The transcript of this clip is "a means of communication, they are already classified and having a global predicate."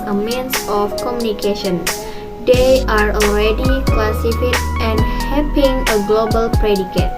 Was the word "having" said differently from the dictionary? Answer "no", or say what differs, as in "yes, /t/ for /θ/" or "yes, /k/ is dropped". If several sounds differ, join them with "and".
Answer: yes, /p/ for /v/